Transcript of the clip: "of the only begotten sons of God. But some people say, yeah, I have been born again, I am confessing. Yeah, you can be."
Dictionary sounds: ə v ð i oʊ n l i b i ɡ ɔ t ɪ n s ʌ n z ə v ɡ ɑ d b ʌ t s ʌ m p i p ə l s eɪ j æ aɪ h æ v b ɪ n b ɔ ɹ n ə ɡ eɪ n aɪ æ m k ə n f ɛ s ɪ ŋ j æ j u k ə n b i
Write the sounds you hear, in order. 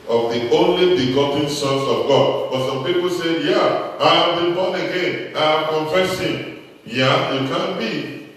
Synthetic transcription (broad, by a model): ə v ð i oʊ n l i b i ɡ ɔ t ɪ n s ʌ n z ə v ɡ ɑ d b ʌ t s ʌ m p i p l s eɪ j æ aɪ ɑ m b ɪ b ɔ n ə ɡ eɪ n aɪ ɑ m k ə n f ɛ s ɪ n j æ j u k ə n b i